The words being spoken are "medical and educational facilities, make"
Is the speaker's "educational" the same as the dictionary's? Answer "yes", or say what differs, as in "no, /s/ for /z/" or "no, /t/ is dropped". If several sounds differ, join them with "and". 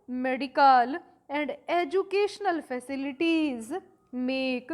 yes